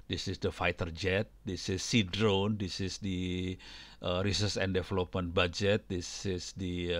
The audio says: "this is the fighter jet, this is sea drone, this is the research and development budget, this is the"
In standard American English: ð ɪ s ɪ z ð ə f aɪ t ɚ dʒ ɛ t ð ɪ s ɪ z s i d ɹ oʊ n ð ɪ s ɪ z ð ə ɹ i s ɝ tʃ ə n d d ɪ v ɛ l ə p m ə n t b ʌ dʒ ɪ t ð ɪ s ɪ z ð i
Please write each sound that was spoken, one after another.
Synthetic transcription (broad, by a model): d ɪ s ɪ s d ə f aɪ t ɚ dʒ ɛ t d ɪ s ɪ s i d ɹ oʊ n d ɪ s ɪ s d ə ɹ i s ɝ s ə n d d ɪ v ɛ l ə p m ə n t b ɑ dʒ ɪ t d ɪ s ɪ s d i